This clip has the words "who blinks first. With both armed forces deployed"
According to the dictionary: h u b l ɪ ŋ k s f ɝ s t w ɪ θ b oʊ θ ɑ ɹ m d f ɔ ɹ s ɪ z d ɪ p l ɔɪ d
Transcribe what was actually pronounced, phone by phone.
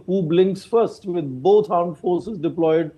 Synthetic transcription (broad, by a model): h u b l ɪ ŋ k s f ɝ s t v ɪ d b oʊ t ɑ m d f ɔ ɹ s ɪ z d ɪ p l ɔɪ d